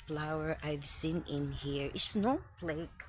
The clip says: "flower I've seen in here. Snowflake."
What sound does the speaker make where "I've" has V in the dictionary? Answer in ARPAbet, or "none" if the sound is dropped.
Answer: V